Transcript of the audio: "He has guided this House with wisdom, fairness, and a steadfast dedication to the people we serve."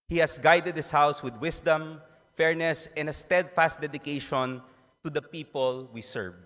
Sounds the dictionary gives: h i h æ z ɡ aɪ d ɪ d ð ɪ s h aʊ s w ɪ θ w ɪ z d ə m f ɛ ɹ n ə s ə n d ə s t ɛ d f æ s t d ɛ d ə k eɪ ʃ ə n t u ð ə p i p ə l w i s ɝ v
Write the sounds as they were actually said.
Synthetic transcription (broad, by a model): h i h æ s ɡ aɪ d ɪ d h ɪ s h aʊ s w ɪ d w ɪ s d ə m f ɛ ɹ n ə s ə n d ə s t ɛ d f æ s t d ɛ d ə k eɪ ʃ ə n t u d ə p i p ə l w i s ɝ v